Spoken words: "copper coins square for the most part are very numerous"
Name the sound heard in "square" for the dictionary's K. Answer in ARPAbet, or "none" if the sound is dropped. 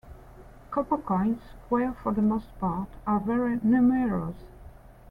none